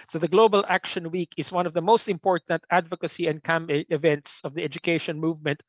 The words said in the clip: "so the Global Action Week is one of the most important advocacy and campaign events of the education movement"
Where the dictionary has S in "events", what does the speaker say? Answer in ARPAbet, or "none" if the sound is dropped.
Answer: S